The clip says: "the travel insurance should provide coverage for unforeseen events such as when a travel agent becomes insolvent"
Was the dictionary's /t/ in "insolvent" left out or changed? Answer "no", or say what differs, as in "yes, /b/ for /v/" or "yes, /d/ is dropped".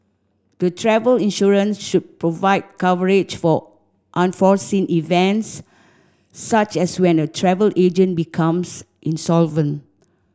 no